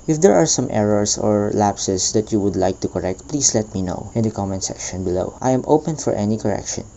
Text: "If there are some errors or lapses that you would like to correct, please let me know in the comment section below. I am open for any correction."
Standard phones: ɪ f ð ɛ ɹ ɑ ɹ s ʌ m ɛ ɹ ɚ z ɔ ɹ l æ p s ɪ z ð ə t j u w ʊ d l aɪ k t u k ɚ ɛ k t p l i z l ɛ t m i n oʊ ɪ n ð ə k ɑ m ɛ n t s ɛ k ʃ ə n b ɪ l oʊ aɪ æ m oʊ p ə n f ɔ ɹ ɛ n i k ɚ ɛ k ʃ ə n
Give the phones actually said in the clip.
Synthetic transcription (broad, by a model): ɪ f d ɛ ɹ ɑ ɹ s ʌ m ɛ ɹ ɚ s ɔ ɹ l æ p s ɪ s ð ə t j u w ʊ d l aɪ k t u k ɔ ɛ k t p l i s l ɛ t m i n oʊ ɪ n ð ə k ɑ m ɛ n s ɛ k ʃ ə n b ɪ l oʊ aɪ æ m oʊ p ə n f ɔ ɹ ɛ n i k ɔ ɛ k ʃ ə n